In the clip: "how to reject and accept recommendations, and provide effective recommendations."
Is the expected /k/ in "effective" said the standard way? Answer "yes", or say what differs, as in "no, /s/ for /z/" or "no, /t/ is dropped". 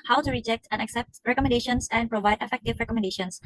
yes